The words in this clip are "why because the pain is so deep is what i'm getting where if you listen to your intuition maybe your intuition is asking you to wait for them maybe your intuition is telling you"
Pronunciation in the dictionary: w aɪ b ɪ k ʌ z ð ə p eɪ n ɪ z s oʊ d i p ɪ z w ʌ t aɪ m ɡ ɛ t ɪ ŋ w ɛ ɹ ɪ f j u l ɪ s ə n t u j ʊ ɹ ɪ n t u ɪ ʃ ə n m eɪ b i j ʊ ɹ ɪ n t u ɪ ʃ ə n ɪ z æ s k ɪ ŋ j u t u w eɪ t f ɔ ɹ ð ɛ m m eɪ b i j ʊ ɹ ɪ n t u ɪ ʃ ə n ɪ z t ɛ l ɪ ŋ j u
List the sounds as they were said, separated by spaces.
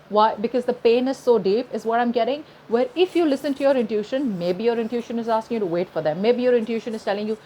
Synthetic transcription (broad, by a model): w aɪ b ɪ k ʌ z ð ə p eɪ n ɪ z s oʊ d i p ɪ z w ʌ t aɪ m ɡ ɛ t ɪ ŋ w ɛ ɹ ɪ f j u l ɪ s ə n t u j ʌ ɹ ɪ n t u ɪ ʃ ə n m eɪ b i j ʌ ɹ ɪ n t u ʃ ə n ɪ z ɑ s k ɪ ŋ j u t u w eɪ t f ɔ ɹ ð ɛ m m eɪ b i j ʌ ɹ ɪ n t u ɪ ʃ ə n ɪ z t ɛ l ɪ ŋ j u